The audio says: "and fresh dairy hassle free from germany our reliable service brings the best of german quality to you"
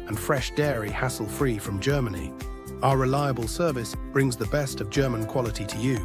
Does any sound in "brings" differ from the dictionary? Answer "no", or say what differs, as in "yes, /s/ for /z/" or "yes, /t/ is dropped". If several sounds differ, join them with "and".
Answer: no